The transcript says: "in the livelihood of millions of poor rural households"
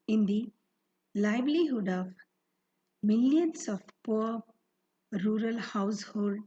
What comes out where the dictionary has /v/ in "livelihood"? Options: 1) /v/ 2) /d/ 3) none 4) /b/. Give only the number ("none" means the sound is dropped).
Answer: 4